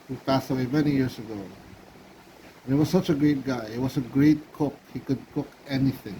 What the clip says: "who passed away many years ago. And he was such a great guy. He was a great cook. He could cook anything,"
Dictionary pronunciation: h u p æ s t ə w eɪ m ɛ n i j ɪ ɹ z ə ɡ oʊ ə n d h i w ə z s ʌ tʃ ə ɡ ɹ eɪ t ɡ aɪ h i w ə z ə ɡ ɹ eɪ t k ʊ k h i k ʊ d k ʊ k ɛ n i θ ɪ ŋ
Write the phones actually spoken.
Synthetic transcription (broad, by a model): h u p æ s t ə w eɪ m ɛ n i j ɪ ɹ s ə ɡ oʊ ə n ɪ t w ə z s ʌ tʃ ə ɡ ɹ eɪ t ɡ aɪ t w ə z ə ɡ ɹ eɪ t k ʊ k h i k ʊ d k ʊ k ɛ n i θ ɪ ŋ